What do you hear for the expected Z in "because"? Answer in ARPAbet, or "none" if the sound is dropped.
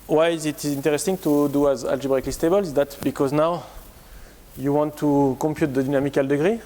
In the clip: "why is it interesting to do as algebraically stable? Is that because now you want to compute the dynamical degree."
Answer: Z